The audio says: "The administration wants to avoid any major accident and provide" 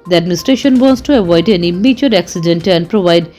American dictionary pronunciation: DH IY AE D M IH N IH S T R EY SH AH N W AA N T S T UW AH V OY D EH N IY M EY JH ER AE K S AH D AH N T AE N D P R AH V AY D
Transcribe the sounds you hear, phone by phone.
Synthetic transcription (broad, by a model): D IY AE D M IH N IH S T R EY SH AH N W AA N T S T UW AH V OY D EH N IY M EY CH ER AE K S AH D AH N T AE N D P R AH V AY D